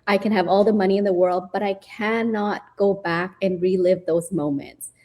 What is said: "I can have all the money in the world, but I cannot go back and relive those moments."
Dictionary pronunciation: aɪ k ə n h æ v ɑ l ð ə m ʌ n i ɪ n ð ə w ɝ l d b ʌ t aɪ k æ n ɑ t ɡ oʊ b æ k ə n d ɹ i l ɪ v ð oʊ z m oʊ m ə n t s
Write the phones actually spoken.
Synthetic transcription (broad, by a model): aɪ k ə n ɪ v ɑ l ð ə m ʌ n i ɪ n ð ə w ɝ l d b ʌ t aɪ k æ n ɑ t ɡ oʊ b æ k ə n ɹ i l ɪ v ð oʊ z m oʊ m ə n t s